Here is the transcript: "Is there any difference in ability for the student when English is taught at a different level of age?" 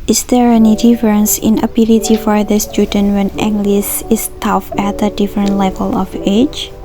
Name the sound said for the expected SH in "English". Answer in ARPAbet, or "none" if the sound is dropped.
S